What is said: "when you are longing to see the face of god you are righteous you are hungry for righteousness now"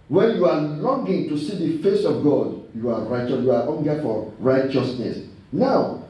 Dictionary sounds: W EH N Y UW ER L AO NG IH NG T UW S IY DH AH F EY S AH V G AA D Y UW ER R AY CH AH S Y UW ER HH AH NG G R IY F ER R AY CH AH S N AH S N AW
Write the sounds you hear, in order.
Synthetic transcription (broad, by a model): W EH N Y UW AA L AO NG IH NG T UW S IY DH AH F EY S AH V G AA D Y UW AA R AY CH AH S Y UW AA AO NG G IY F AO R AY CH AH S N AH S N AW